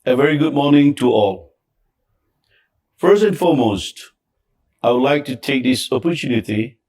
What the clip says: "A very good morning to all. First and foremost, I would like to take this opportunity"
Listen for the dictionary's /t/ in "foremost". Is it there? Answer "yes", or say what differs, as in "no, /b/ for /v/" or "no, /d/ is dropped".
yes